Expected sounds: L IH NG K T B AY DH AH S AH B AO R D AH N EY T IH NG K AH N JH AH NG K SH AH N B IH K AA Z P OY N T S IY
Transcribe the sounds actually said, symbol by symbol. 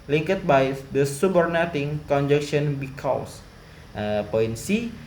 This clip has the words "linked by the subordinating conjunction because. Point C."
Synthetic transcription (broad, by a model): L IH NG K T B AY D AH S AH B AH R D N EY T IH NG K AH N JH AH K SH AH N B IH K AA S P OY N S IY